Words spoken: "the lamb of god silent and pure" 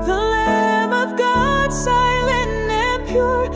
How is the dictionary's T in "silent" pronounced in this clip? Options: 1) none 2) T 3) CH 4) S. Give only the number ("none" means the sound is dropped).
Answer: 1